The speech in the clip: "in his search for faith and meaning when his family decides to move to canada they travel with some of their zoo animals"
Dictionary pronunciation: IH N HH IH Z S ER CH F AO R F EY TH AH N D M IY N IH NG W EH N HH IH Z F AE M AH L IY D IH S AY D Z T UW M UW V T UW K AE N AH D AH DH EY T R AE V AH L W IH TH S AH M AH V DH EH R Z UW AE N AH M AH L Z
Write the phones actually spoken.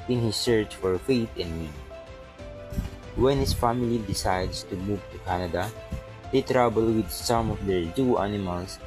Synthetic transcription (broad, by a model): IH N HH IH S ER CH F AO R F EY T AH N D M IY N W EH N HH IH S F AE M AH L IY D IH S AY D S T UW M UW V T UW K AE N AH D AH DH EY T R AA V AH L W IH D S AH M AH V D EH R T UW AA N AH M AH L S